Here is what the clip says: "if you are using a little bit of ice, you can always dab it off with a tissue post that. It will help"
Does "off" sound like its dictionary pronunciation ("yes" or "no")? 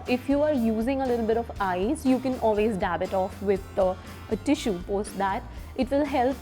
yes